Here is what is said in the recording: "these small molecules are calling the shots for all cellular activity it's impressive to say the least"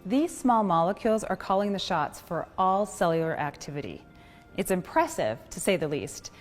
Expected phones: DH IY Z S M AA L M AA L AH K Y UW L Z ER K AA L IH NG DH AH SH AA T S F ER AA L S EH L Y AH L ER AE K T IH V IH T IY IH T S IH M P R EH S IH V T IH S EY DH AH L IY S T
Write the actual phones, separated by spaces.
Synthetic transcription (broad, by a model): DH IY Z S M AA L M AA L AH K Y UW L Z ER K AA L IH NG DH AH SH AA T S F ER AA L S EH L Y L ER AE K T IH V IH T IY IH T S IH M P R EH S IH V T IH S EY DH AH L IY S T